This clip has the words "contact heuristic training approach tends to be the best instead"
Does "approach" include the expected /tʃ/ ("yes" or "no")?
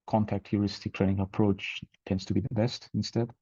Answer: yes